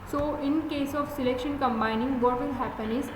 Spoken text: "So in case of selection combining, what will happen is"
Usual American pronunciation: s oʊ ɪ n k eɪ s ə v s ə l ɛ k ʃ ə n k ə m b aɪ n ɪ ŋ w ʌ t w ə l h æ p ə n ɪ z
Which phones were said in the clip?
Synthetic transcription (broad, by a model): s oʊ ɪ n k eɪ s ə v s ə l ɛ k ʃ ə n k ə m b aɪ n ɪ ŋ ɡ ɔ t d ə n h æ p ə n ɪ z